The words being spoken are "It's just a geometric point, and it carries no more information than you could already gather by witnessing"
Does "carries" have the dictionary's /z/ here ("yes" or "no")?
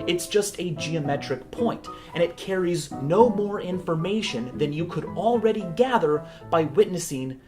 yes